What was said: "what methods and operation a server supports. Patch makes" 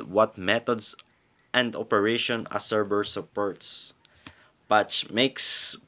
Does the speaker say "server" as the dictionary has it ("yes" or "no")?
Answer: no